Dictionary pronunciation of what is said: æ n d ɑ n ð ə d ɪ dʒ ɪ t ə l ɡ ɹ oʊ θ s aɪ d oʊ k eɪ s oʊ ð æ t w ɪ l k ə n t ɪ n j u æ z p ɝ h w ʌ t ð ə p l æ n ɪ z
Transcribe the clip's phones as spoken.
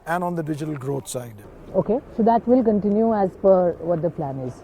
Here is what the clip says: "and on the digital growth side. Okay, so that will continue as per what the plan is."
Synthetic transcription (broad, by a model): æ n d ɑ n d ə d ɪ dʒ ɪ t ə l ɡ ɹ oʊ t s aɪ d oʊ k eɪ s oʊ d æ t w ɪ l k ə n t ɪ n j u æ z f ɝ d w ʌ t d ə p l æ n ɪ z